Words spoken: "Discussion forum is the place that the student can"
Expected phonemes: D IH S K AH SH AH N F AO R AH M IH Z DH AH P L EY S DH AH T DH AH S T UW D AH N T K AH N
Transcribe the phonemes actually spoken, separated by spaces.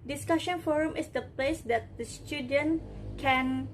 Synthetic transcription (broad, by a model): D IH S K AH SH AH N F AO R AH M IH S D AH P L EY S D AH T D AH S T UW D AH N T K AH N